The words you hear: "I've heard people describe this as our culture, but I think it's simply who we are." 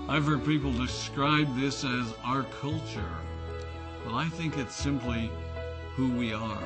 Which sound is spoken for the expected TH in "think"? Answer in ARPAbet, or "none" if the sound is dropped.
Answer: TH